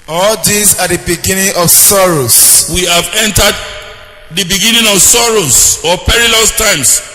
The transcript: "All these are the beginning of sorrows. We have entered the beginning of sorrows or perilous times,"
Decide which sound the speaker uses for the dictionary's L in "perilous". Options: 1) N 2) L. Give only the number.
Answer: 2